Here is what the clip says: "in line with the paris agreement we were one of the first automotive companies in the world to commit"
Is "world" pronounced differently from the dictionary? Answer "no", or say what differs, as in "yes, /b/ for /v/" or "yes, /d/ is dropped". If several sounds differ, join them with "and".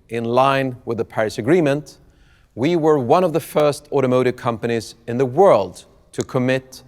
no